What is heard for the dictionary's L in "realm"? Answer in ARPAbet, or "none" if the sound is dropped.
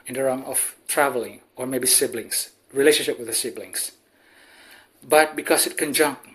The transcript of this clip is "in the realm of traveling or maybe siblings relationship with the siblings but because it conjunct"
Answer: none